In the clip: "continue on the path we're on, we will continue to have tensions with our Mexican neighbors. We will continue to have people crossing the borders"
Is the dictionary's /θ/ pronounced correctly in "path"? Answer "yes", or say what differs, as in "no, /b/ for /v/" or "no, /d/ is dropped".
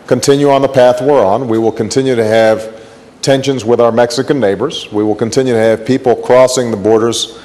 yes